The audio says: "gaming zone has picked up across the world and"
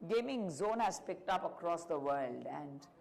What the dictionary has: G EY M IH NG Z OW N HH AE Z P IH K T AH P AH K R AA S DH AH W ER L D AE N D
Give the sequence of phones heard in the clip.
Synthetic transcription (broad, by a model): G EY M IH NG Z OW N HH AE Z P IH K T AH P AH K R AA S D AH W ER L D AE N D